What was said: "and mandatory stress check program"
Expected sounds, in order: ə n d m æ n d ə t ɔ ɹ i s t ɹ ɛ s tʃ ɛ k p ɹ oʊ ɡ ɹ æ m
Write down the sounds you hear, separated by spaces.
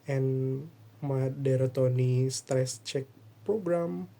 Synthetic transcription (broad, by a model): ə n m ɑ d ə t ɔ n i s t ɹ ɛ s tʃ ɛ k p ɹ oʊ ɡ ɹ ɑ m